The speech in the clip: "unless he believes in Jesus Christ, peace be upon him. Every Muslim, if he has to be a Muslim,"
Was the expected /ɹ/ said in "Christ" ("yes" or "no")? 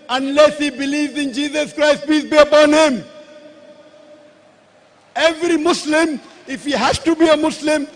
yes